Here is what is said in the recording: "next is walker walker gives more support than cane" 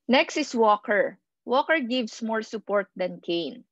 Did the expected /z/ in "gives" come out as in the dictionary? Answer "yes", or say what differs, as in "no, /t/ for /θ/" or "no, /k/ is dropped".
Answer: no, /s/ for /z/